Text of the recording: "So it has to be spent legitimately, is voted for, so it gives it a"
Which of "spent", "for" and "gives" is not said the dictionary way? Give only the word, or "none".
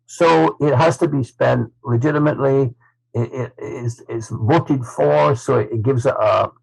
none